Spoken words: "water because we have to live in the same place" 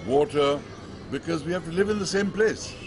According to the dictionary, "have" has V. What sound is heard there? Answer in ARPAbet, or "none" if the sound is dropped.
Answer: F